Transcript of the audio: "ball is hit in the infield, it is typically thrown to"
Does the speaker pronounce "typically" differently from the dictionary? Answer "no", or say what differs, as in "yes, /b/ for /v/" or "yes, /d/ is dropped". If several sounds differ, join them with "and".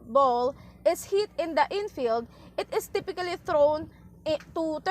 no